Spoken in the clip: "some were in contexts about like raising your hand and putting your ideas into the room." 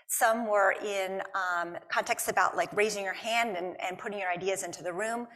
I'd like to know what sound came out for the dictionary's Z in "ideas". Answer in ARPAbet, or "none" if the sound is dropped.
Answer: Z